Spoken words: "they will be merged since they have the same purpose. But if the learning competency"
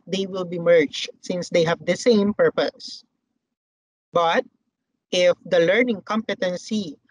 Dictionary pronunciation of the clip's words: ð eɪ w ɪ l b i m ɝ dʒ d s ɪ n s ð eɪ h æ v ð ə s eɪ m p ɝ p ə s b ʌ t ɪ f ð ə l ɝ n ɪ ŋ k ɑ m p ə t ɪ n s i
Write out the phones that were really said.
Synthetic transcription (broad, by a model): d eɪ w ɪ l b i m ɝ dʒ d s ɪ n s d eɪ h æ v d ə s eɪ m p ɝ p ə s b ʌ t ɪ f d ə l ɝ n ɪ ŋ k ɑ m p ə t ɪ n s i